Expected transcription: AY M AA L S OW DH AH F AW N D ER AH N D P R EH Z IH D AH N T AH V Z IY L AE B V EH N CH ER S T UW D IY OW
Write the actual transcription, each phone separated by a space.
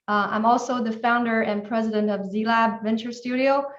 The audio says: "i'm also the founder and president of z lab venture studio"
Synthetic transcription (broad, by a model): AY M AA L S OW DH AH F AW N D ER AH N P R EH Z IH D AH N T AH V Z IY L AE B V EH N CH ER S T UW D IY OW